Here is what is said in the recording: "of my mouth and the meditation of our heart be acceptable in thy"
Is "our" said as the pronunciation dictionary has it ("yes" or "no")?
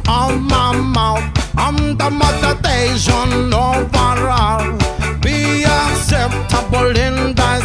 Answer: yes